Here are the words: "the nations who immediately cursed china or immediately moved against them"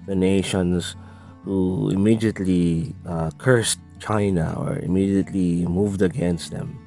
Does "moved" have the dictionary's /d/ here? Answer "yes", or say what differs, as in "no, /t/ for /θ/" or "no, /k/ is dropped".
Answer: yes